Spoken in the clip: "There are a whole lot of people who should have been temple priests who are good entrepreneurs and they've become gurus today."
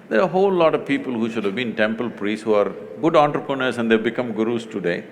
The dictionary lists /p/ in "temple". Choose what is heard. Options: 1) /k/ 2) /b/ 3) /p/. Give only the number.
3